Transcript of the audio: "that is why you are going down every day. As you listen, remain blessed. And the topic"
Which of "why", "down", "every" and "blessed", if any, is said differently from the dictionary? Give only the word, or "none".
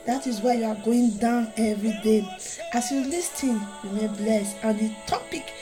blessed